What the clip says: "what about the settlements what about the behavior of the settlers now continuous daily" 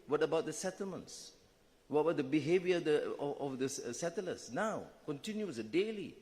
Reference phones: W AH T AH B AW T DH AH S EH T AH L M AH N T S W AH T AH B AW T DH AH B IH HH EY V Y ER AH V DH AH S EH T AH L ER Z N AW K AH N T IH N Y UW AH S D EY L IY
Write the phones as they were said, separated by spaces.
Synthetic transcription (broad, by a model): W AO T AH B AW T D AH S EH T AH L M AH N T S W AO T AH B AW T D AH B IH HH EY V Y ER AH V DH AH S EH T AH L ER S N AW K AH N T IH N Y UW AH D EY L IY